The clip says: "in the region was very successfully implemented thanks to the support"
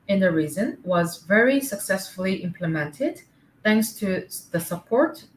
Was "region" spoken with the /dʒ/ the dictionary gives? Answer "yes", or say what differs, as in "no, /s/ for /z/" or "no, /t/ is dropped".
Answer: no, /z/ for /dʒ/